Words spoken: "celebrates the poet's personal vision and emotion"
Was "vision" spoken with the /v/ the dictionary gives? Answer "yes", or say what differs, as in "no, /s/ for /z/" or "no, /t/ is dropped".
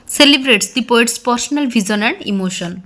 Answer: no, /b/ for /v/